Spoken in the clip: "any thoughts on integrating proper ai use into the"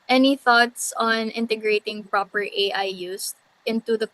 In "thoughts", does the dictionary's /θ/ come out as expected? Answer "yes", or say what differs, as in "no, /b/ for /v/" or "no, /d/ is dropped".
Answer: yes